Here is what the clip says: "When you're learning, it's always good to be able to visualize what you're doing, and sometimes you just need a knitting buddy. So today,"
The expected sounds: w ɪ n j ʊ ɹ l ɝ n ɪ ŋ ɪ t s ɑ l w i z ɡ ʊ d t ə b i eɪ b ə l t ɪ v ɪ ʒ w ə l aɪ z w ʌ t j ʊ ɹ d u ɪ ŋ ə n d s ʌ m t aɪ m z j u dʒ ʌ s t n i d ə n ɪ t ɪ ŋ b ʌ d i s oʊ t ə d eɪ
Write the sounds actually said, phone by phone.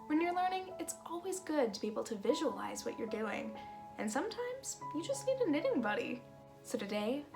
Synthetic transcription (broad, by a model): w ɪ n j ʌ ɹ l ɝ n ɪ ŋ ɪ t s ɑ l w i z ɡ ʊ d t ə b i eɪ b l t ɪ v ɪ ʒ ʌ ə l aɪ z w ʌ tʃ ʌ ɹ d u ɪ ŋ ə n s ʌ m t aɪ m z j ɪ dʒ ʌ s t l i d ə n ɪ t ɪ ŋ b ʌ d i s oʊ t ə d eɪ